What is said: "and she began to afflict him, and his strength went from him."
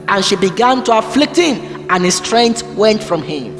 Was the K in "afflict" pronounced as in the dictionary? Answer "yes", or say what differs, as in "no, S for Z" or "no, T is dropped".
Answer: yes